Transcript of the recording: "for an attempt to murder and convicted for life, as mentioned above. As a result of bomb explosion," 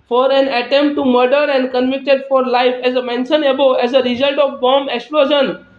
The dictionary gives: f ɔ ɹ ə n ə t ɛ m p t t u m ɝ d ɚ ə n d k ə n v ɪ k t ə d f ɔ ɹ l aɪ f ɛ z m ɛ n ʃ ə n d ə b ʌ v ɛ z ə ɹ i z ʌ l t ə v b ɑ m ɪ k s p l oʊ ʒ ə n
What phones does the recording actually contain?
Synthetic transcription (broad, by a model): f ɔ ɹ ə n ə t ɛ m p t t u m ɝ d ɚ ə n d k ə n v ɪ k t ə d f ɔ ɹ l aɪ f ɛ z m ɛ n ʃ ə n ə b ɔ ɛ z ə ɹ i z ʌ l t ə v b ɑ m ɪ k s p l oʊ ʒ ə n